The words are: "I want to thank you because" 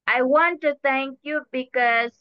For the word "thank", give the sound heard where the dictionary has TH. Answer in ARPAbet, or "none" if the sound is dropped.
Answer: T